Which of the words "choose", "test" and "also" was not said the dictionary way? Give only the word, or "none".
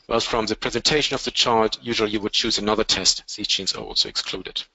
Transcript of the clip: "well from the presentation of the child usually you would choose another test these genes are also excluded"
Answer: none